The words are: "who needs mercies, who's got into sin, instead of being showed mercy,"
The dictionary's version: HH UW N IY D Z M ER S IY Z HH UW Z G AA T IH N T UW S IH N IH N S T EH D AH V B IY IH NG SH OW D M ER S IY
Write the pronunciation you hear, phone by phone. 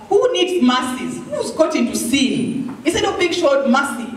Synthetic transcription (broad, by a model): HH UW N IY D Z M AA S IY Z HH UW Z G AA T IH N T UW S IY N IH S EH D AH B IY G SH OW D M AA S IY